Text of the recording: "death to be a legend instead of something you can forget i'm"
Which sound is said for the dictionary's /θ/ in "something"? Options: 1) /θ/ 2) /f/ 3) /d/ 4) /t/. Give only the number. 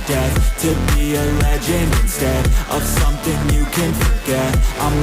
1